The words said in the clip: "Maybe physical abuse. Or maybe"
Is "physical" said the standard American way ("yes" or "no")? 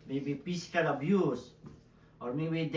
no